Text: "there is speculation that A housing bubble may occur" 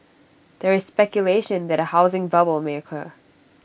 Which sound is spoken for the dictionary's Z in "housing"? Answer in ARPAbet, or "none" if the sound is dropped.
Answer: Z